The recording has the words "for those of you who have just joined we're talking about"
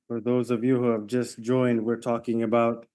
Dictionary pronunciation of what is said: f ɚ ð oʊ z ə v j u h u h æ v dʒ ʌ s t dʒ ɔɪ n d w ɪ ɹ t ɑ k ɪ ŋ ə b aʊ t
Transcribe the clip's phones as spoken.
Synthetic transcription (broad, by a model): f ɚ ð oʊ z ə v j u h u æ v dʒ ʌ s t dʒ ɔɪ n d w ɪ ɹ t ɑ k ɪ ŋ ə b aʊ t